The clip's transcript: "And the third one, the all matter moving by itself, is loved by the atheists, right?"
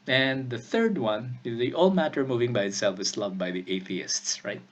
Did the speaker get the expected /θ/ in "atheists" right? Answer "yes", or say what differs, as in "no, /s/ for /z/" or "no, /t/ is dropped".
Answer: yes